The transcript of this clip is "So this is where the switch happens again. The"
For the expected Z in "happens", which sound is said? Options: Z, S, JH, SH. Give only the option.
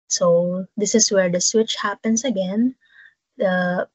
S